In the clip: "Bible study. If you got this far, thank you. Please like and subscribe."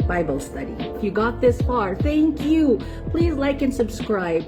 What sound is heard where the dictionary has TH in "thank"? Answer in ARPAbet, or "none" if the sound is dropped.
TH